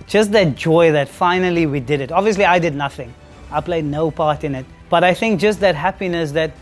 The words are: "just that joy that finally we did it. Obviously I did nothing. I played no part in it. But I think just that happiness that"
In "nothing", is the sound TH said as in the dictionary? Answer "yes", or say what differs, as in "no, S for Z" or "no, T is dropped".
yes